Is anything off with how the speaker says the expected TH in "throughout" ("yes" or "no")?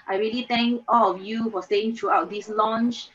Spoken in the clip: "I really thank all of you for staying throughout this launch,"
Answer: yes